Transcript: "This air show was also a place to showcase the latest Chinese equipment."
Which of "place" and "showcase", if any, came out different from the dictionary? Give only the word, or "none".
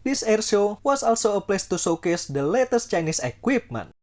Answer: showcase